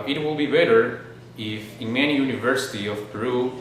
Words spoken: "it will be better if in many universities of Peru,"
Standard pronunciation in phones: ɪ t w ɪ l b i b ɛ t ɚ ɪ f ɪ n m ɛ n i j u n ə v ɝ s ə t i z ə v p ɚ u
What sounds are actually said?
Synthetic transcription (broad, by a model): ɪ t w ɪ l b i b ɛ t ɚ ɪ f ɪ n m ɛ n i j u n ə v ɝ s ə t i ə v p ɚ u